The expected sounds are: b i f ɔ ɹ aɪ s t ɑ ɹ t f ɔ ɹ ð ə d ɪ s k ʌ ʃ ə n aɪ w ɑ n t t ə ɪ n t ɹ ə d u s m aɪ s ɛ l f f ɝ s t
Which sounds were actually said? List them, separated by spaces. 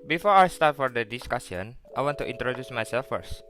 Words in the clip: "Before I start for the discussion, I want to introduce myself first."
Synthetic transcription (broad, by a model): b i f ɔ ɹ aɪ s t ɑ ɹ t f ɔ ɹ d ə d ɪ s k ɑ s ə n aɪ w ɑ n t t ə n t ɹ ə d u s m aɪ s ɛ l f f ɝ s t